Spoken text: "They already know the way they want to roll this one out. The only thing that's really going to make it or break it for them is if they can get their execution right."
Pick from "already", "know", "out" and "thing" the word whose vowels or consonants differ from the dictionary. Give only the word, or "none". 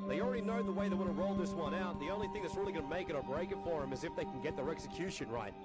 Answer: none